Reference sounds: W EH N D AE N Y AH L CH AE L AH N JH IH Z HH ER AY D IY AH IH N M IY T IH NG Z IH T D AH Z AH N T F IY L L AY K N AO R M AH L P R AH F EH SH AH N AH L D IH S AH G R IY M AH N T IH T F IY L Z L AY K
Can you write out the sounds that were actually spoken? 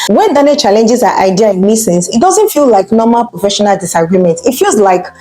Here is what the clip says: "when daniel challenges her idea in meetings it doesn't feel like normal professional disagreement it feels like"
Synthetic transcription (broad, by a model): W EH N D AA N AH CH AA L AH N JH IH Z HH AY D IY AH IH N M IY S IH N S IH T D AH Z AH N T F IY L L AY K N AO M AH L P R AH F EH SH AH N AH L D IH S AH G R IY M AH N T IH T F IY L Z L AY K